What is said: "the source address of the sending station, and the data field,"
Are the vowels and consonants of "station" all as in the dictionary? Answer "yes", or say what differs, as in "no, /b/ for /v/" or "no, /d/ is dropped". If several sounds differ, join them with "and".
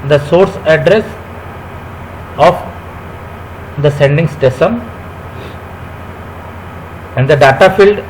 no, /s/ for /ʃ/